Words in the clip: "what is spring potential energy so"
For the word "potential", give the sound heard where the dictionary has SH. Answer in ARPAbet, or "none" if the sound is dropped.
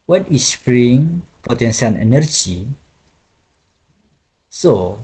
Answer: S